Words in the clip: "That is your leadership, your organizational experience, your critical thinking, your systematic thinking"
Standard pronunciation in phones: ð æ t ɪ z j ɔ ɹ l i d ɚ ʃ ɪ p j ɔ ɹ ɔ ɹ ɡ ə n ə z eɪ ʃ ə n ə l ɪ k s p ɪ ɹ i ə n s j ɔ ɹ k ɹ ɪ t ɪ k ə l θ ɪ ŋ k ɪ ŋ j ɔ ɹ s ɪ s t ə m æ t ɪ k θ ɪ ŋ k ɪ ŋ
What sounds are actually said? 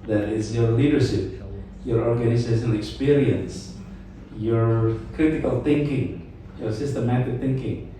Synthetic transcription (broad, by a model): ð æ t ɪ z j ɔ ɹ l i d ɚ ʃ ɪ p j ɔ ɹ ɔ ɹ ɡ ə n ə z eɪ s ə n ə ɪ k s p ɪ ɹ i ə n s j ɔ ɹ k ɹ ɪ t ɪ k ə l θ ɪ ŋ k ɪ ŋ j ɔ ɹ s ɪ s t ə m æ t ɪ k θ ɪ ŋ k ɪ ŋ